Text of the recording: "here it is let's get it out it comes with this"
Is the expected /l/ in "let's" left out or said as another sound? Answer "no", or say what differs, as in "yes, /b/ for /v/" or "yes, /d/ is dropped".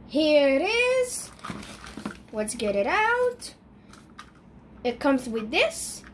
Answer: yes, /w/ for /l/